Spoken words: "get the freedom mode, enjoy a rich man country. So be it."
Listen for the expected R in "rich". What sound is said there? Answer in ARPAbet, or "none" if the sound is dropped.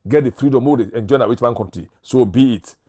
W